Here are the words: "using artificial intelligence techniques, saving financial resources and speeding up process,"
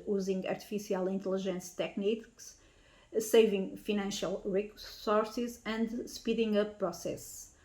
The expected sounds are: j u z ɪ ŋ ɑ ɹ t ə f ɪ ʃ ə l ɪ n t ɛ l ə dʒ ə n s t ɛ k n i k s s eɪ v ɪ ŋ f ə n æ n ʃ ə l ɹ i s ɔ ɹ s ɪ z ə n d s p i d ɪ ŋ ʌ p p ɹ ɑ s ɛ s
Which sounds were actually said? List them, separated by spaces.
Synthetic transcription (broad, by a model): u z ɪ ŋ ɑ ɹ t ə f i s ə l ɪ n t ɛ l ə ʒ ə n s t ɛ k n i k s s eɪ v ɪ ŋ f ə n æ n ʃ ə l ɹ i s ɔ ɹ s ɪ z ə n d s p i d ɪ ŋ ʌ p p ɹ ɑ s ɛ s